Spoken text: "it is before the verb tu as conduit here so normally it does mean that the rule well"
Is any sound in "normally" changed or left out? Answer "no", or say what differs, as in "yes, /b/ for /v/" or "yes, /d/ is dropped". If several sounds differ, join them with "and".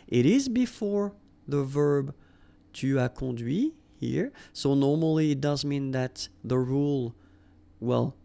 no